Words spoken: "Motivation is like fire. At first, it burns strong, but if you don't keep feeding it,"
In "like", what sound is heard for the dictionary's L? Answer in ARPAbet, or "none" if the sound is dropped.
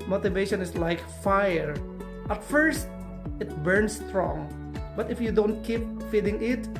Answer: L